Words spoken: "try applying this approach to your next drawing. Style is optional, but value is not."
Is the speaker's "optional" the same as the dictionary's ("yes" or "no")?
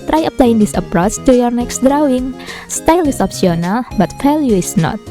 no